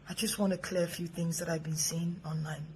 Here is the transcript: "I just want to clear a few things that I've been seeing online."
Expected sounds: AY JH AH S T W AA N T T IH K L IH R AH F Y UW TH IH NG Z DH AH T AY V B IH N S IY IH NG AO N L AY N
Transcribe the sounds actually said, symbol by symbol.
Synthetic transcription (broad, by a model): AY JH AH S T W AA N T T IH K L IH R AH F Y UW TH IH NG Z DH AH T AY V B IH N S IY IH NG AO N L AY N